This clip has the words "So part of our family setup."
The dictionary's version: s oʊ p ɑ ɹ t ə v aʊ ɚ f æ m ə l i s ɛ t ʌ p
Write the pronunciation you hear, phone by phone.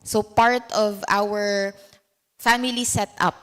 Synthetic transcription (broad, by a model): s oʊ p ɑ ɹ t ə v aʊ ɚ f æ m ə l i s ɛ t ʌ p